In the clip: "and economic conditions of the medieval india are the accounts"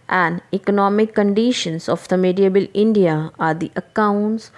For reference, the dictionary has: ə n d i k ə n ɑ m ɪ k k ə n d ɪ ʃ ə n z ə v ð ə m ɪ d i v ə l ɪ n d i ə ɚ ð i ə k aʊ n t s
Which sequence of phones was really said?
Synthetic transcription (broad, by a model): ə n d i k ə n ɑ m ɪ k k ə n d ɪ ʃ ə n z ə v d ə m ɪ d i b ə l ɪ n d i ə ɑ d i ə k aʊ n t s